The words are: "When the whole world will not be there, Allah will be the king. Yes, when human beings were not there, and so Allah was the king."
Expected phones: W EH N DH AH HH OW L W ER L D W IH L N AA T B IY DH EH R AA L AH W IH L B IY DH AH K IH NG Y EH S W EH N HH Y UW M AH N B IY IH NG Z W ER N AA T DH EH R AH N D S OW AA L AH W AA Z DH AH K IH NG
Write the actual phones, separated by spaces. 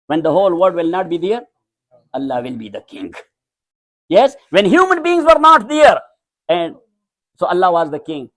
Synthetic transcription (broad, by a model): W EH N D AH HH OW L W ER D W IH L N AA T B IY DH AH R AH L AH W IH L B IY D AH K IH NG Y EH S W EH N HH Y UW M AH N B IY IH NG Z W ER N AA T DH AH R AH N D S OW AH L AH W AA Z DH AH K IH NG